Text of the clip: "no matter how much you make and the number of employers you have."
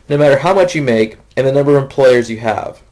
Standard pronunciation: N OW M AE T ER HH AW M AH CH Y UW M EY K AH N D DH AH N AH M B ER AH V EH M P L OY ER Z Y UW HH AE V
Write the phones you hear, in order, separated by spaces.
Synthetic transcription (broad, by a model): N OW M AE T ER HH AW M AH CH Y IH M EY K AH N DH AH N AH M B ER AH V EH M P L OY ER Z Y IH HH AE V